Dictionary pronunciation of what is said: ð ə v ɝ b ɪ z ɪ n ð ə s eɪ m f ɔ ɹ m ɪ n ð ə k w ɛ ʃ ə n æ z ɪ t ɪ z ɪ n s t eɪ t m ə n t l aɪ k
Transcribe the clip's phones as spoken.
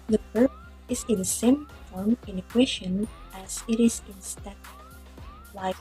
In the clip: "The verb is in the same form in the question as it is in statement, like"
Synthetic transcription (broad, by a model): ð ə p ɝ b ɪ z ɪ n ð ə s eɪ m f ɔ ɹ m ɪ n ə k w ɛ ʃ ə n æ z ɪ t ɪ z ɪ n s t t ə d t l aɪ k